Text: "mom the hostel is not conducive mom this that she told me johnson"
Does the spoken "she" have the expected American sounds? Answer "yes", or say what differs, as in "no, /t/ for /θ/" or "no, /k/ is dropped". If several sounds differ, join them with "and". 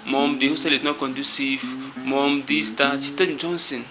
no, /s/ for /ʃ/